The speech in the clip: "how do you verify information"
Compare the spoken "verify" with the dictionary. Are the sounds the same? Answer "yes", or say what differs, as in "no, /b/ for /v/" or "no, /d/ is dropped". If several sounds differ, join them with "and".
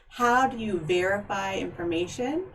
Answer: yes